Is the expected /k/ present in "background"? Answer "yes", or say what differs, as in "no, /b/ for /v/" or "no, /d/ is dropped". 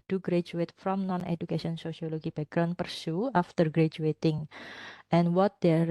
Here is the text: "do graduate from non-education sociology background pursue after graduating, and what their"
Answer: no, /k/ is dropped